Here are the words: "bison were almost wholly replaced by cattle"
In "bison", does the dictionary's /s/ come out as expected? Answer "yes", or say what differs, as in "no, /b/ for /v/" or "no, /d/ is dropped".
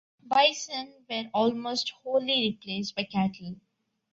yes